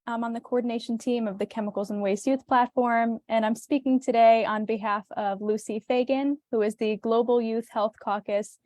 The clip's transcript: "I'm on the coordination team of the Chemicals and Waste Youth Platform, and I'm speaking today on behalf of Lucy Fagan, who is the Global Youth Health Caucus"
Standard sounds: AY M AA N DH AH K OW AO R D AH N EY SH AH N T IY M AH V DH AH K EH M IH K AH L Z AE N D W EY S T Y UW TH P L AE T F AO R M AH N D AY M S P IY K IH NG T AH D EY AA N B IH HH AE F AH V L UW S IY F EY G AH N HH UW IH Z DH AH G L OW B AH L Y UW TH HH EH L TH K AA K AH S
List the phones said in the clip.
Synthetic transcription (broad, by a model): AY M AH N DH AH K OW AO R D N EY SH N T IY M AH V DH AH K EH M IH K L Z N W EY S Y UW TH P L AE T F AO R M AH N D AY M S P IY K IH NG T AH D EY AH N B IH HH AE F AH V L UW S IY F EY G AH N HH UW IH Z DH AH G L OW B L Y UW TH HH EH L TH K AA K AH S